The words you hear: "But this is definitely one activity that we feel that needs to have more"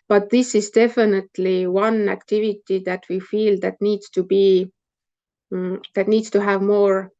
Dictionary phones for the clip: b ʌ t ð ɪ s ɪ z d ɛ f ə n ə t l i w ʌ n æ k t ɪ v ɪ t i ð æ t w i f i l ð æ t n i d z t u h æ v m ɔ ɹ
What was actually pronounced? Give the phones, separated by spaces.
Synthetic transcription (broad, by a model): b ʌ t ð ɪ s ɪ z d ɛ f ə n ə t l i w ʌ n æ k t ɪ v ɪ t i ð æ t w i f i l ð æ t n i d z t u h æ v m ɔ ɹ